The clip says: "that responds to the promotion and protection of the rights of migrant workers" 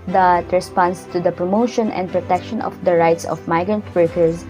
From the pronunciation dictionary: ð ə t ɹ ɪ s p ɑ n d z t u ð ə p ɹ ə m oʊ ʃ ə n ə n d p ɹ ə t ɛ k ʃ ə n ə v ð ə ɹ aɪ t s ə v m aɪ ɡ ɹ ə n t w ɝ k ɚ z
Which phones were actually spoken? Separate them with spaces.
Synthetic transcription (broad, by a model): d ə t ɹ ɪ s p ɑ n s t u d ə p ɹ ə m oʊ ʃ ə n ə n d p ɹ ə t ɛ k ʃ ə n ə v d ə ɹ aɪ t s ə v m aɪ ɡ ɹ ə n t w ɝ k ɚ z